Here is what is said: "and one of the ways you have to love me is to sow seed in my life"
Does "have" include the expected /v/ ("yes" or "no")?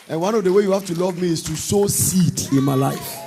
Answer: no